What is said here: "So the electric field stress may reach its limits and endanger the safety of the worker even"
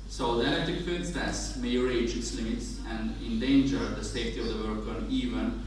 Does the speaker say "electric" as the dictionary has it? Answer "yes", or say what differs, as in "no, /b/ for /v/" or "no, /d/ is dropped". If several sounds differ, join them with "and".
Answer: no, /ɹ/ is dropped